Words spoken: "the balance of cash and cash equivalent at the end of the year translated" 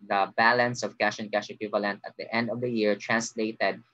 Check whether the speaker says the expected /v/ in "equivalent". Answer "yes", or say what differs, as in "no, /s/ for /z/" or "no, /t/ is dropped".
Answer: yes